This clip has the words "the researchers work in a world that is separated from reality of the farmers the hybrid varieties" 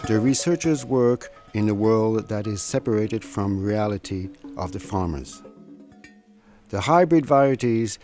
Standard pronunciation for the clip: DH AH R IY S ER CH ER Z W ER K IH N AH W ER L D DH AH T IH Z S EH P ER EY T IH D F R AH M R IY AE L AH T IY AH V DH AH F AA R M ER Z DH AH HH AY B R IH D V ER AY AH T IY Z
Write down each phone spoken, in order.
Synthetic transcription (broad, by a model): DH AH R IY S ER CH ER Z W ER K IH N AH W ER L D DH AH T IH Z S EH P ER EY T IH D F R AH M R IY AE L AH T IY AH V DH AH F AA R M ER Z DH AH HH AY B R IH D V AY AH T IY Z